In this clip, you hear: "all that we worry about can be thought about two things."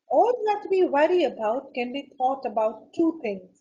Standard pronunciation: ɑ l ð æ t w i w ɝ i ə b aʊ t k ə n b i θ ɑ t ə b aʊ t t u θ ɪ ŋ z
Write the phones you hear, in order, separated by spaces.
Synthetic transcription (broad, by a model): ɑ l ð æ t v i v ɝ i ə b aʊ t k ə n b i t ɑ t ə b aʊ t t u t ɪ ŋ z